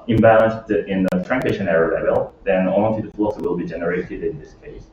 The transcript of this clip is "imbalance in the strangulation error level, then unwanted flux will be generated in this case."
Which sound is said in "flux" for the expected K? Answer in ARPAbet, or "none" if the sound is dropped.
none